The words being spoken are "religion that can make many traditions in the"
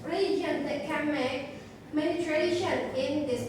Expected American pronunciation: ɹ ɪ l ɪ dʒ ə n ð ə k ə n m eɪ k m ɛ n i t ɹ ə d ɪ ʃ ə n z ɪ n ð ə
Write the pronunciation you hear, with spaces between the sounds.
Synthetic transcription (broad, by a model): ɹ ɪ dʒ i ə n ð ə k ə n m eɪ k m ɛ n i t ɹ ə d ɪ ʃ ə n ɪ n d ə